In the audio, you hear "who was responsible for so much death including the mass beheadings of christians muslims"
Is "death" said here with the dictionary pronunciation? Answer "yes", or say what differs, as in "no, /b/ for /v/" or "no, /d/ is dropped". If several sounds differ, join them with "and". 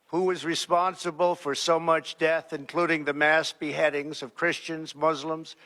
yes